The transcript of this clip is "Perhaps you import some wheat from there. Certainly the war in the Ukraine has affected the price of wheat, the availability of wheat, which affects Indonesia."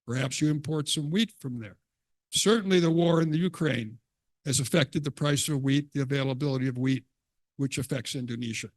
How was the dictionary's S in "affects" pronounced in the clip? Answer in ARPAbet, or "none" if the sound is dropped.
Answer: S